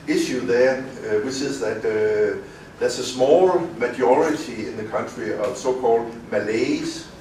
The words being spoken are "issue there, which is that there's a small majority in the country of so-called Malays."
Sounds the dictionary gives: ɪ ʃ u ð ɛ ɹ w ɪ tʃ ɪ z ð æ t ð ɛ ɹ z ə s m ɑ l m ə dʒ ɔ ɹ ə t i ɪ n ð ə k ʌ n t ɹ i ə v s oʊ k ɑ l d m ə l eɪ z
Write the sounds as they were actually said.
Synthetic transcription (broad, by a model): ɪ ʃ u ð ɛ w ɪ s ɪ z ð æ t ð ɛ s ə s m ɑ l m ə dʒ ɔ ɹ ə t i ɪ n ð ə k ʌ n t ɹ i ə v s oʊ k ɑ l d m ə l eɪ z